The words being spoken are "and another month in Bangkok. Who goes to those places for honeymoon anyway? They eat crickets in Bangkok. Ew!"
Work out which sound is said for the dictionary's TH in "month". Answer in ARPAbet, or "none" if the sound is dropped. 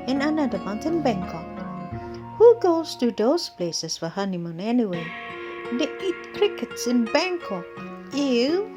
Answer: T